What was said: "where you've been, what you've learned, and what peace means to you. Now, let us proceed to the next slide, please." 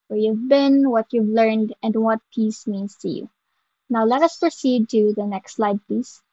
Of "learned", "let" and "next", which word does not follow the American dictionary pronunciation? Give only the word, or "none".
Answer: none